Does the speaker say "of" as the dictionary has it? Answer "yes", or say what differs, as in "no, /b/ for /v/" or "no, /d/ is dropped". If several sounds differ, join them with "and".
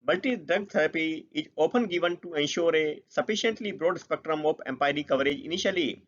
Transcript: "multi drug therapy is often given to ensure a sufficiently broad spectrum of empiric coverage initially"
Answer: no, /p/ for /v/